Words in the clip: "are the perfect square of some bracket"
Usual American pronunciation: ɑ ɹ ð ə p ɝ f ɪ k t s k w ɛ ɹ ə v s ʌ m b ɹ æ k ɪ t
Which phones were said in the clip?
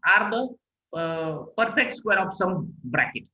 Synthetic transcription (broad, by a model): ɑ ɹ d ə p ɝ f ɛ k t s k w ɛ ɹ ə f s ʌ m b ɹ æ k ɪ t